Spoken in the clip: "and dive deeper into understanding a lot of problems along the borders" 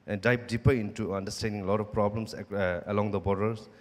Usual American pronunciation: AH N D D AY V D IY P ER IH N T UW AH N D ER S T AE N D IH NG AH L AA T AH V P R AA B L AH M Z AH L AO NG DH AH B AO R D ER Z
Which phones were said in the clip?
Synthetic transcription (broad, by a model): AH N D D AY P D IY P ER IH N T UW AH N D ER S T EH N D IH NG L AA T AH F P R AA B L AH M S AH L AO NG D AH B AO R D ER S